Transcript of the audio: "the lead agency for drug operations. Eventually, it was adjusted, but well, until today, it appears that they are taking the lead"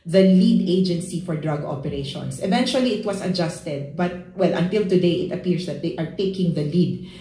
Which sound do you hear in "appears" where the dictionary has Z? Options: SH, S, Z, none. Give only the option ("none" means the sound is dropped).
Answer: S